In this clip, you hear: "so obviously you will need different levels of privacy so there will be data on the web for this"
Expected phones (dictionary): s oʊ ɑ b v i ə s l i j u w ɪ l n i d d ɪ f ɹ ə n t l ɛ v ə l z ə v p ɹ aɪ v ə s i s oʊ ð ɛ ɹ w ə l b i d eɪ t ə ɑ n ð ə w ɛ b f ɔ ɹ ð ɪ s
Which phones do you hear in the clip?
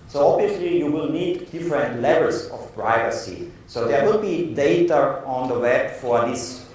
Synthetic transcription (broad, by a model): s oʊ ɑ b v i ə s l i j u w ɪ l n i d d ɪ f ɹ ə n t l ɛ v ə l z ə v p ɹ aɪ v ə s i s oʊ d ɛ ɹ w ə l b i d eɪ t ə ɑ n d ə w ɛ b f ɔ ɹ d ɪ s